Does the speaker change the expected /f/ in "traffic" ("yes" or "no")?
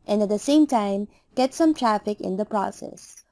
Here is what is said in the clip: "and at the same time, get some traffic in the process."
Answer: no